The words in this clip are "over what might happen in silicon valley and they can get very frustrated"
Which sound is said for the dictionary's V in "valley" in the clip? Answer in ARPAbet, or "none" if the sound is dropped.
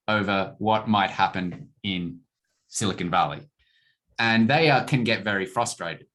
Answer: V